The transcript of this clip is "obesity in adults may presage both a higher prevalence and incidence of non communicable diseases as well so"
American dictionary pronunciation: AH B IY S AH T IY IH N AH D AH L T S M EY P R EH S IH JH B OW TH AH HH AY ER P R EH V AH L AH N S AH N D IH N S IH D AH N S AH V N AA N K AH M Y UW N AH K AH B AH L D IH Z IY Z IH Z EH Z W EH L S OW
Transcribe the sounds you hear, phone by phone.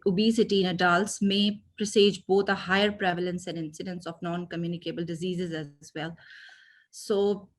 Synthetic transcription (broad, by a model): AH B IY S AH T IY IH N AH D AH L T S M EY P R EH S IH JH B OW T AH HH AY ER P R EH V AH L AH N S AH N D IH N S IH D AH N S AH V N AA N K AH M Y UW N AH K AH B AH L D IH Z IY Z IH Z EH Z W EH L S OW